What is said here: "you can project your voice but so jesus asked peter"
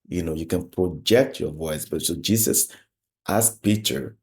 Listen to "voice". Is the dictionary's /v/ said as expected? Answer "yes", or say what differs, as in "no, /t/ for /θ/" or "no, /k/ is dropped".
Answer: yes